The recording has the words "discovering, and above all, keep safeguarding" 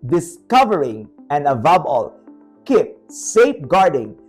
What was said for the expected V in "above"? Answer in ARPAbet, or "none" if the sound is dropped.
B